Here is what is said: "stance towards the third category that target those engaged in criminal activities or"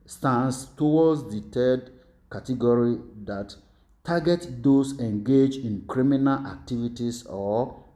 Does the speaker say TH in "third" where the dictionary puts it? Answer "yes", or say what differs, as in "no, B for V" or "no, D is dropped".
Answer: no, T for TH